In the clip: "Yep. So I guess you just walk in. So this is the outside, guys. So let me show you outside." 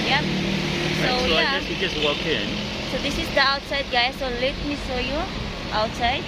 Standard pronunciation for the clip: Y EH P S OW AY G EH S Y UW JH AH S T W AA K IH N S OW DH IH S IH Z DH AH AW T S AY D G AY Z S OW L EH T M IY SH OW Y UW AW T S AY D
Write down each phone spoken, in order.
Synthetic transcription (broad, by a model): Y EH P S OW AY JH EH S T JH AH S T W AA K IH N S OW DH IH S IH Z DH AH AW T S AY D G AY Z S OW L EH T M IY S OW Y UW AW T S AY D